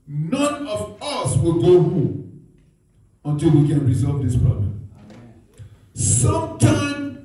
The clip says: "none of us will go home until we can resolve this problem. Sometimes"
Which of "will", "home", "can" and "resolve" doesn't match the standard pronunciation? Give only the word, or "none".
home